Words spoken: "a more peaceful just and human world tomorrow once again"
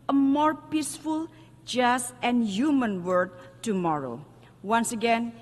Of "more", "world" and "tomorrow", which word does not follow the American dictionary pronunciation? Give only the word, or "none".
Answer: world